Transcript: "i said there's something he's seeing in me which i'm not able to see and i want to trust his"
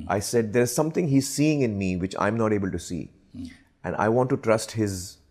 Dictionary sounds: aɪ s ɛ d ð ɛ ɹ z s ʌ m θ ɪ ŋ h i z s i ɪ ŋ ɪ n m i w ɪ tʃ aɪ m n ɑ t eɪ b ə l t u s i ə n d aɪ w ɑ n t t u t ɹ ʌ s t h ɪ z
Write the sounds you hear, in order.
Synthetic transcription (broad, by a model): aɪ s ɛ d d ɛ ɹ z s ʌ m t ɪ ŋ h i z s i ɪ ŋ ɪ n m i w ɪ tʃ aɪ m n ɑ t eɪ b ə l t u s i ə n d aɪ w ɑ n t t u t ɹ ʌ s t h ɪ z